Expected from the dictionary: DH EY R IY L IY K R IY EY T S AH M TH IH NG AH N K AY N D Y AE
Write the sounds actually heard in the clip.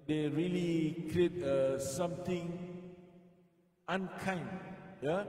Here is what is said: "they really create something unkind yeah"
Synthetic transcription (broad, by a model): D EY R IY L IY K R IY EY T S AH M T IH NG AH N K AY N D Y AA